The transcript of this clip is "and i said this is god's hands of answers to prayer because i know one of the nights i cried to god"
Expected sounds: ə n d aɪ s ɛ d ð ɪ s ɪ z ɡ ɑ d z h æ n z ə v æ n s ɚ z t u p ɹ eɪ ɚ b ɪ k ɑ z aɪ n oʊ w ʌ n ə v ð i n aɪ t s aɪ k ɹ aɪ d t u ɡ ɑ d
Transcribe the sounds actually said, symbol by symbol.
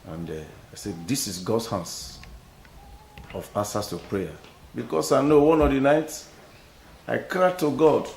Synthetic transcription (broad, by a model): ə n d aɪ s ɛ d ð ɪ s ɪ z ɡ ɑ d s h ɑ n s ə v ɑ s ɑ s t u p ɹ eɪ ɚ b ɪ k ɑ s aɪ n oʊ w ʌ n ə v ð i n aɪ t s aɪ k ɹ aɪ t u ɡ ɑ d